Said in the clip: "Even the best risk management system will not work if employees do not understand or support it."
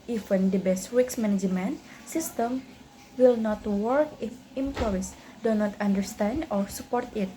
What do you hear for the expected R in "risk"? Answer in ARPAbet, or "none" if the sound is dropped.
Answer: W